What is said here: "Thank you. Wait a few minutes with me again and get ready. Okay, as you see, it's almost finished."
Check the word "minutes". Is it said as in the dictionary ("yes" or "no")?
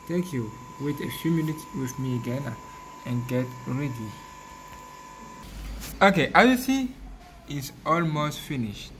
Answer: no